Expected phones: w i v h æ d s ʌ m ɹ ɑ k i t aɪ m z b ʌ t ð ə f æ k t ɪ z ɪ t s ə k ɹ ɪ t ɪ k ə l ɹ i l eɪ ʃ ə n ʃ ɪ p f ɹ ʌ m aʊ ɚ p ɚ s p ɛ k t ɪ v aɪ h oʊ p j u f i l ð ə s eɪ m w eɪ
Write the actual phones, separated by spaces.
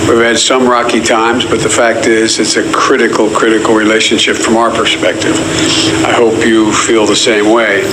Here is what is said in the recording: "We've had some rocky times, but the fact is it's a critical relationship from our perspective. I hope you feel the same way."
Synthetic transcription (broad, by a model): w i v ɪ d s ʌ m ɹ ɑ k i t aɪ m z b ʌ t ð ə f æ k t ɪ z ɪ t s ə k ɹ ɪ t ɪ k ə l ɹ i l eɪ ʃ ə n ʃ ɪ p f ɹ ʌ m aʊ ɚ p ɚ s p ɛ k t ɪ v aɪ h oʊ p j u f i l ð ə s eɪ m w eɪ